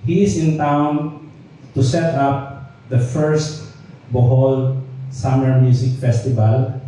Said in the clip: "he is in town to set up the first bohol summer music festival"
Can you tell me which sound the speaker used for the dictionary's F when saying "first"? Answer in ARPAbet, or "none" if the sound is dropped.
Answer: F